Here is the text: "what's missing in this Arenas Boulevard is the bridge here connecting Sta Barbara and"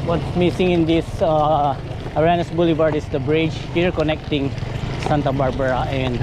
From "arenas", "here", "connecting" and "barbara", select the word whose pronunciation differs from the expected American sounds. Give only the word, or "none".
arenas